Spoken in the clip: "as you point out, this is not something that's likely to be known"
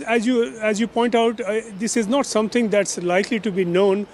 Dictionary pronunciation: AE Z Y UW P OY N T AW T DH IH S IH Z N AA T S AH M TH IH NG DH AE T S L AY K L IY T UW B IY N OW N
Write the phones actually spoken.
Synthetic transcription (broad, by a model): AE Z Y UW P OY N T AW T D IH S IH Z N AA T S AH M T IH NG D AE T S L AY K L IY T UW B IY N OW N